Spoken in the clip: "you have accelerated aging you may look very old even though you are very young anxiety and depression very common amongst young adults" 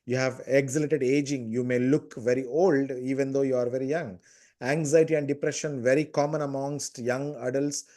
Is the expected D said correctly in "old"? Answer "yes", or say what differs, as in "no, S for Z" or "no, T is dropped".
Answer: yes